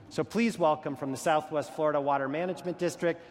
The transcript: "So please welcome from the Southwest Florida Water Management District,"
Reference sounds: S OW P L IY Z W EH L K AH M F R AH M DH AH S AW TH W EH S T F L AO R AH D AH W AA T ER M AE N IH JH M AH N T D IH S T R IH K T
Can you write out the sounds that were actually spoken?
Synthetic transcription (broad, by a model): S OW P L IY Z W EH L K AH M F R AH M DH AH S AW TH W EH S T F L AO R AH D AH W AA T ER M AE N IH JH M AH N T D IH S T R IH K T